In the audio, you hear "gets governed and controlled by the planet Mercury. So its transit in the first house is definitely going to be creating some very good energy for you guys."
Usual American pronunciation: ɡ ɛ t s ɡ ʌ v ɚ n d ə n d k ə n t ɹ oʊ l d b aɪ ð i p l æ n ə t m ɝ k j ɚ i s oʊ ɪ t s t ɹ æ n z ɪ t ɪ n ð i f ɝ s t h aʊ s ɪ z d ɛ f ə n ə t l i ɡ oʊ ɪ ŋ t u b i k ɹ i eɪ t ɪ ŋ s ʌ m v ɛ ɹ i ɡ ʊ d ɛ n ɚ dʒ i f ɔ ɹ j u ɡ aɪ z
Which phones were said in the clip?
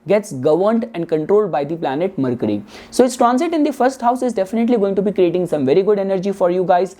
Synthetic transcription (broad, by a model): ɡ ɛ t s ɡ ʌ v ɚ n d ə n d k ə n t ɹ oʊ l d b aɪ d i p l æ n ə t m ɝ k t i s oʊ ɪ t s t ɹ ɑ n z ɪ t ɪ n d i f ɝ s t h aʊ s ɪ z d ɛ f ə n ə t l i ɡ oʊ ɪ ŋ t u b i k ɹ i eɪ t ɪ ŋ s ʌ m v ɛ ɹ i ɡ ʊ d ɛ n ɚ dʒ i f ɔ ɹ j u ɡ aɪ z